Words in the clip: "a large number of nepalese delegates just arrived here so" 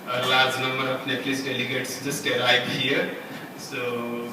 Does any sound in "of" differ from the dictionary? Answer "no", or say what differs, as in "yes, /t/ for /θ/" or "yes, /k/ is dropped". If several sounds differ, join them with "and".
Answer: yes, /p/ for /v/